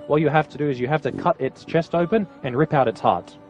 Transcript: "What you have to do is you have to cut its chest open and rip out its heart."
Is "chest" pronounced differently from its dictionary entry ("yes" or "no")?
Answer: no